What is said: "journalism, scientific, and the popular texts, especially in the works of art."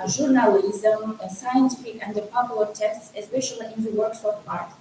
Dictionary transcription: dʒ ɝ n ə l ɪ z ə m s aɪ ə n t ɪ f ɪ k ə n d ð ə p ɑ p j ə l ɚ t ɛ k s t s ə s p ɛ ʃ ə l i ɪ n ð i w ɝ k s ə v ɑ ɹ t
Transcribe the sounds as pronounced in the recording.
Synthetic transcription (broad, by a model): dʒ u n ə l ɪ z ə m s aɪ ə n t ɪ f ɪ k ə n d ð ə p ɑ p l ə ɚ t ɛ s t s ə s p ɛ ʃ ə l i ɪ n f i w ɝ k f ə p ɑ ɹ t